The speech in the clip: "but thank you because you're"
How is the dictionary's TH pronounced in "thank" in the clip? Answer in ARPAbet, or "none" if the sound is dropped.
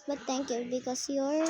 T